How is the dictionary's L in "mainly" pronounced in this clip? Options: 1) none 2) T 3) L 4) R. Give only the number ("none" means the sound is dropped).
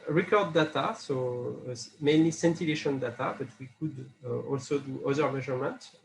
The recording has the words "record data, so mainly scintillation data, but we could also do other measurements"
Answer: 3